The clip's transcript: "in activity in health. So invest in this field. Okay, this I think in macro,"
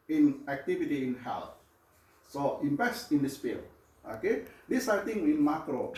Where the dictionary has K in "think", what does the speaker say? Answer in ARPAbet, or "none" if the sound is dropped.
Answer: none